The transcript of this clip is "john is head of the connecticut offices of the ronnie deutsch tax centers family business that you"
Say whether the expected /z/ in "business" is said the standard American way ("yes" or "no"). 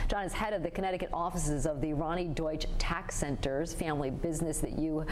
yes